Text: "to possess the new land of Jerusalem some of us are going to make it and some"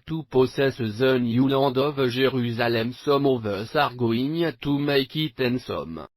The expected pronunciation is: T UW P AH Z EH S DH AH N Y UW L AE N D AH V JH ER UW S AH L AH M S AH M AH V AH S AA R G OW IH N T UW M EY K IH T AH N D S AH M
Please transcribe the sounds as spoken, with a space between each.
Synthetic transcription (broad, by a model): T UW P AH S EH S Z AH N Y UW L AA D AH V ZH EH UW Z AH L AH M S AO M AH V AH S AA R G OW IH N T UW M EY K IH T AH N S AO M